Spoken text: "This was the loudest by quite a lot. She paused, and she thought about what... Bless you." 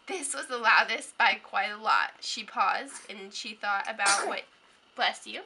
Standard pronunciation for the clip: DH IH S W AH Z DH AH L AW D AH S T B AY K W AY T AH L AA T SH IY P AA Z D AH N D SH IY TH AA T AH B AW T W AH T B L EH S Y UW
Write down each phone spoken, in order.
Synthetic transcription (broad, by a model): DH IH S W AH Z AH L AW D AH S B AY K W AY T AH L AA T SH IY P AA Z D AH N SH IY TH AA T AH B AW T W AH T B L EH S Y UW